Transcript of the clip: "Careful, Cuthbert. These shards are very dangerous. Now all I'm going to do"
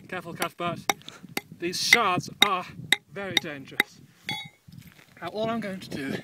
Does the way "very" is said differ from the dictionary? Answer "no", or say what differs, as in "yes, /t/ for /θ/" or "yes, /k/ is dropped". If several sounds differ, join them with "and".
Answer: no